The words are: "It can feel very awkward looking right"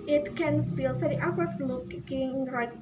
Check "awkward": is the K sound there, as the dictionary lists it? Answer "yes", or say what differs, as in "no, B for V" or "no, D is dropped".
no, K is dropped